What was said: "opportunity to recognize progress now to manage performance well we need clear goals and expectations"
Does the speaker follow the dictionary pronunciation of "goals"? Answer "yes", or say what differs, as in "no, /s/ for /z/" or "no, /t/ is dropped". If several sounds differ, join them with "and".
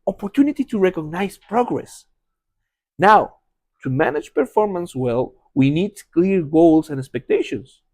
no, /s/ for /z/